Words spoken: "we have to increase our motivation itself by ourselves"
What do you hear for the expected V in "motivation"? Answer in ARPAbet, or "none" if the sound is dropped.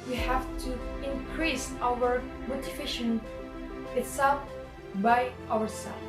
F